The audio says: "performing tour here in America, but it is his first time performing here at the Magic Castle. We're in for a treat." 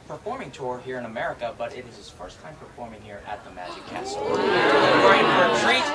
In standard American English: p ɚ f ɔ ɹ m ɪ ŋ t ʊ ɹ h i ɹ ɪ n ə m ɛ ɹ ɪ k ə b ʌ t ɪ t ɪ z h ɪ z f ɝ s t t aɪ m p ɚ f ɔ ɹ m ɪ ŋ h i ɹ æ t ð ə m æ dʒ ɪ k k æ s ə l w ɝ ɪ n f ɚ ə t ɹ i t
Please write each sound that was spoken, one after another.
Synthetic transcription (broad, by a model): p ɚ f ɔ ɹ m ɪ ŋ t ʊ ɹ h i ɹ ɪ n ə m ɛ ɹ ɪ k ə b ʌ t ɪ t ɪ z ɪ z f ɝ s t t aɪ m p ɚ f ɔ ɹ m ɪ ŋ h i ɹ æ t ð ə m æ dʒ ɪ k k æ s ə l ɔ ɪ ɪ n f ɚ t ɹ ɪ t